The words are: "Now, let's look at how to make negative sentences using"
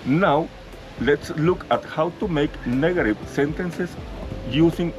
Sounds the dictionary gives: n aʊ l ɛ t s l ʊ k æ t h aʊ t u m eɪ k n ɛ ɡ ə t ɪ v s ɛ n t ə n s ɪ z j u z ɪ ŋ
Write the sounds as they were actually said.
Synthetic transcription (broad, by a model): n aʊ l ɛ t s l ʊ k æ t h aʊ t u m eɪ k n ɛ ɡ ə t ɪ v s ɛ n t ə n s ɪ s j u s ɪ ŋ